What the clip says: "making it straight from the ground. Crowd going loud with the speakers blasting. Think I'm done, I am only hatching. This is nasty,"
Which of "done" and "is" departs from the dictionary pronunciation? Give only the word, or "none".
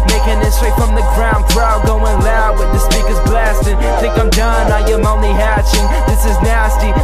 none